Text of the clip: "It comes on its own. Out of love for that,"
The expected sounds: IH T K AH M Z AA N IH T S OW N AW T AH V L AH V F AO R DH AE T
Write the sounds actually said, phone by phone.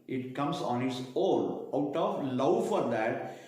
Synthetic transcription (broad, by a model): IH T K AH M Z AA N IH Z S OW L AW T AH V L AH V F AO R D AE T